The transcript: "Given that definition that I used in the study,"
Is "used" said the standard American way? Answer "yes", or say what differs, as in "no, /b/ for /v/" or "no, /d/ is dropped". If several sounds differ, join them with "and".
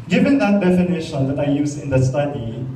no, /d/ is dropped